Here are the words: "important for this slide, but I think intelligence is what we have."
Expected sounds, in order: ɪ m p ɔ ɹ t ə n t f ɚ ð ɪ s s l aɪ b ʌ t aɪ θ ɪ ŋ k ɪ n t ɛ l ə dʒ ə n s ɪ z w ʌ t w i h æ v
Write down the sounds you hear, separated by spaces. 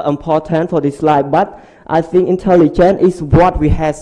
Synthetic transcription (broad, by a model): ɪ m p ɔ t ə n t f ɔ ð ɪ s s l aɪ b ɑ t aɪ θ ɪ ŋ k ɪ n t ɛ l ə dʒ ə n ɪ s w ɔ t w i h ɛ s